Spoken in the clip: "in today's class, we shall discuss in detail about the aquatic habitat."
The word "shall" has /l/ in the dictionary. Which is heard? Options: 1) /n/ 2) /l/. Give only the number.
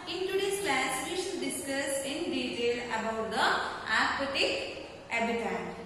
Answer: 1